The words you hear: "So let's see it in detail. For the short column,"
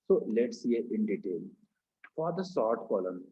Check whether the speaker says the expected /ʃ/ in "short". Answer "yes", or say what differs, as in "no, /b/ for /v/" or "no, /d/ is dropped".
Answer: no, /s/ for /ʃ/